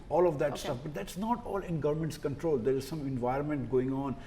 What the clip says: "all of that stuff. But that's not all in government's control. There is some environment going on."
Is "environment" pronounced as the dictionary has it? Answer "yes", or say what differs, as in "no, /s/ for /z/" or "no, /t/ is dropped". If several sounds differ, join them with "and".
yes